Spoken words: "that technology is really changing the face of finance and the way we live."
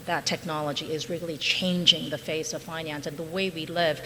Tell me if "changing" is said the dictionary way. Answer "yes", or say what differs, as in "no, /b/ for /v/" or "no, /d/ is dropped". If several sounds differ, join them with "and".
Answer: yes